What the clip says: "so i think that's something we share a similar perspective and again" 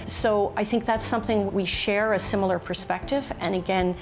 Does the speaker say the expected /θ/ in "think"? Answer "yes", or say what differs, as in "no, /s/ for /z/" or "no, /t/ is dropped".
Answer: yes